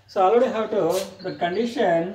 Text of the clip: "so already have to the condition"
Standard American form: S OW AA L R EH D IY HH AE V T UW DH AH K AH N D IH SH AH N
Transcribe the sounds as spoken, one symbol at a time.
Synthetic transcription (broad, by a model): S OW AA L AO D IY HH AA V T UW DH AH K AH N D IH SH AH N